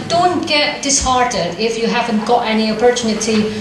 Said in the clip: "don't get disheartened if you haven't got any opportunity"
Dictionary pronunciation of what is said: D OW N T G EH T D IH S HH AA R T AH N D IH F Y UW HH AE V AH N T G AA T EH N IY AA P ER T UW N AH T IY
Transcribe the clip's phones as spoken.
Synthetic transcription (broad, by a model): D OW N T G EH T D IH S HH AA R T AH D IH F Y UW HH AE V AH N T G AA T EH N IY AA P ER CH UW N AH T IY